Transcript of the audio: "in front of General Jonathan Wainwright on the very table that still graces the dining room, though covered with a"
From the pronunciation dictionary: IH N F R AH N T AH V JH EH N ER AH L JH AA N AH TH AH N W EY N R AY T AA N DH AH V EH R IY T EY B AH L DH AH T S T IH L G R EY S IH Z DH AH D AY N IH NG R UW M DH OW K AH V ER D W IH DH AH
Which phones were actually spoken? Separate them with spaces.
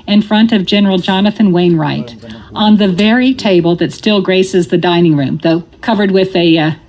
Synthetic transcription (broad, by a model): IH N F R AH N T AH V JH EH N ER L JH AA N AH TH AH N W EY N R AY T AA N DH AH V EH R IY T EY B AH L DH AH T S T IH L G R EY S IH Z DH AH D AY N IH NG R UW M DH OW K AH V ER D W IH DH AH